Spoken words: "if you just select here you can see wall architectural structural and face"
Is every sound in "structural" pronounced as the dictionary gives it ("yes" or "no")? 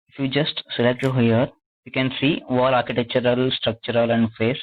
yes